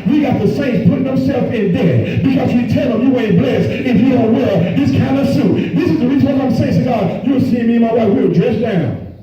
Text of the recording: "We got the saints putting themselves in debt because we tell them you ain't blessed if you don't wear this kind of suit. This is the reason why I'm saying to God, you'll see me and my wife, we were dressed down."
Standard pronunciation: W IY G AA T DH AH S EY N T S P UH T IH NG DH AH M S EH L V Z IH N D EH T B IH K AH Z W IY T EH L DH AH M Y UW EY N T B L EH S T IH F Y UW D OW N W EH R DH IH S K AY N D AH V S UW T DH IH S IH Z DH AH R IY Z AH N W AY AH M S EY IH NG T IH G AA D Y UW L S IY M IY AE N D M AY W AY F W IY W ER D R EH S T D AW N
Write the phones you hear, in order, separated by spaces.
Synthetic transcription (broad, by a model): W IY G AA T DH AH S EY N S P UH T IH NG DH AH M S EH L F IH N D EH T B IH K AH Z W IY T EH L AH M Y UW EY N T B L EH S IH F Y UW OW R W EH R DH IH S K AY N D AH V S UW T DH IH S IH Z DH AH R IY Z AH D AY AH M S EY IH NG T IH G AA D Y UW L S IY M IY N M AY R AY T W IY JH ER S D AW N